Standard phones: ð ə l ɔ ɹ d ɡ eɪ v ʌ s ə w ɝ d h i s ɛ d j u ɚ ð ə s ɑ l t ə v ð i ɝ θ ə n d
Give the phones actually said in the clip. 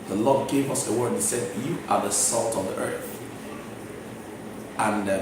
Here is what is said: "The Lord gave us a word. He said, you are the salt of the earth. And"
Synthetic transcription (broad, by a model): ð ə l ɔ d ɡ eɪ v ʌ s ə w ɝ d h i s ɛ d j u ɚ ð ə s ɑ l t ə v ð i ɝ θ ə n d